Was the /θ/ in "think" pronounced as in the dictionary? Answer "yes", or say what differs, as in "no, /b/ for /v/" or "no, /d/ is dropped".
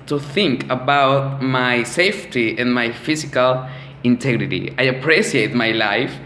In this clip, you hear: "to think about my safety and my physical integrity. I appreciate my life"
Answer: yes